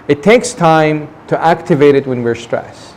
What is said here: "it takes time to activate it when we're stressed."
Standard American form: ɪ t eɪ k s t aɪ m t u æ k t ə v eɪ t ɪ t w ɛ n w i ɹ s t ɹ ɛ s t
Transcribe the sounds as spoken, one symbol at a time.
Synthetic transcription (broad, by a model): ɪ t eɪ k s t aɪ m t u æ k t ə v eɪ t ɪ t w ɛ n w i ɹ s t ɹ ɛ s